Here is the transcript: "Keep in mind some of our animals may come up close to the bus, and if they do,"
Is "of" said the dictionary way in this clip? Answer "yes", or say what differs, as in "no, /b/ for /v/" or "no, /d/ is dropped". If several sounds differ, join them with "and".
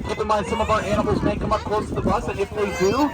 yes